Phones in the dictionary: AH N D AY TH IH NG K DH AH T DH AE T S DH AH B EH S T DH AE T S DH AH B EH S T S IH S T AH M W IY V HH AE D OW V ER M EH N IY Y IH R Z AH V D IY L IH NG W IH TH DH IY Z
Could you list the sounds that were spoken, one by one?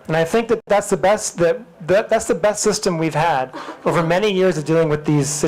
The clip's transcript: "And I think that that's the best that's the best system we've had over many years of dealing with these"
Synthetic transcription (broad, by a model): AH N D AY TH IH NG K DH AH T DH AE T S DH AH B EH S T DH AE T S DH AH B EH S T S IH S T AH M W IY V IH D OW V ER M EH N IY Y IH R Z AH V D IY L IH NG W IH DH IY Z